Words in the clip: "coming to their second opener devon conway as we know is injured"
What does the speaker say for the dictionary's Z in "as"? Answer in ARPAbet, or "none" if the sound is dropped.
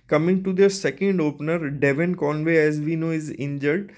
Z